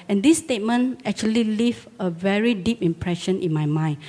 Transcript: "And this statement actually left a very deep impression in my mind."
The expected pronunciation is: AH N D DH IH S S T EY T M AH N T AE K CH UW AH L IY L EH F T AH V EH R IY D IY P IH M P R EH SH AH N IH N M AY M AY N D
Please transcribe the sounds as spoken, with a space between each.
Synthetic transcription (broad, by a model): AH N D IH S S T EY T M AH N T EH K CH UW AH L IY L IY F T AH V EH R IY D IY P IH M P R EH SH AH N IH N M AY M AY N